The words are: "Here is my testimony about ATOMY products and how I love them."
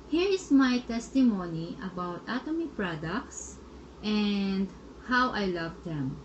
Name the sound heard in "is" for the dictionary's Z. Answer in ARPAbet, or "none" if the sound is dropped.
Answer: S